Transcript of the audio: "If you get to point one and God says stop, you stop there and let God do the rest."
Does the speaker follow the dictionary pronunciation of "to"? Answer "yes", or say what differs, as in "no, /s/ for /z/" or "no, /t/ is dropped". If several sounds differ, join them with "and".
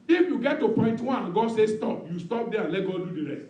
yes